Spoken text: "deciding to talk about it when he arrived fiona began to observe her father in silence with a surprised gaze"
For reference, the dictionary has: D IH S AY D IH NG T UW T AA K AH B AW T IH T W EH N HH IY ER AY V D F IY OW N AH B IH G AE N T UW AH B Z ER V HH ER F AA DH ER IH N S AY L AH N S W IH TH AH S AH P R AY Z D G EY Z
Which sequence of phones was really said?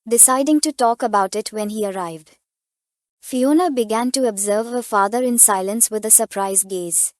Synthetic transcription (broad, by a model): D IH S AY D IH NG T UW T AA K AH B AW T IH T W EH N HH IY ER AY V D F IY OW N AH B IH G AE N T UW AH B Z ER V HH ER F AA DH ER IH N S AY L AH N S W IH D AH S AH P R AY Z G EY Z